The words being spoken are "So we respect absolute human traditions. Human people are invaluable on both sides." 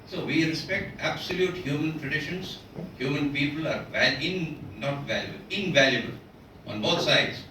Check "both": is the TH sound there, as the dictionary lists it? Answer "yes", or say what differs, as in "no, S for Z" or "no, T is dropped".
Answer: no, T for TH